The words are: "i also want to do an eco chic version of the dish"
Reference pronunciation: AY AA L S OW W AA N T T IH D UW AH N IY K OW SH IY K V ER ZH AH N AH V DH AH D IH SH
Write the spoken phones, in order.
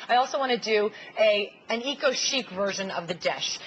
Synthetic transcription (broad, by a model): AY AA L S OW W AA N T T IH D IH AH N IY K OW SH IY K V ER ZH AH N AH V DH AH D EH SH